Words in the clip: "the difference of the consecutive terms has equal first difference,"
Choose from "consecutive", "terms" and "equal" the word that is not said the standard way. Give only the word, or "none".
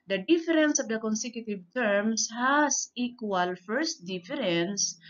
terms